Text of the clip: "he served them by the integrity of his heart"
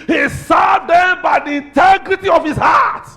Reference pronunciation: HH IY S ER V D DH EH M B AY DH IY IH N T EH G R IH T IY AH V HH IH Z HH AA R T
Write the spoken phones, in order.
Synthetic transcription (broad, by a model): HH IY S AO D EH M B AY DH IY IH N T EH G R IH T IY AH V HH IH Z HH AA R T